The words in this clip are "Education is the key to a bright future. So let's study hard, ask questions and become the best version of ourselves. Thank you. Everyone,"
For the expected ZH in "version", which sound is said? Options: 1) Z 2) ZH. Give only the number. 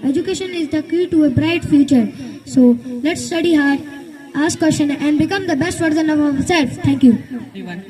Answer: 1